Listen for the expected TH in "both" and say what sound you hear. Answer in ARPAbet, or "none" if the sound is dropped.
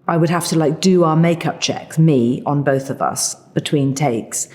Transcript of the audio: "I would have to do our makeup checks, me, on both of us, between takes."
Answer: TH